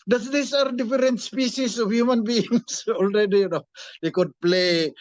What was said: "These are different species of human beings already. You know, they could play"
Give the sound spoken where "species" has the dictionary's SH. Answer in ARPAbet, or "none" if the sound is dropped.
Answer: S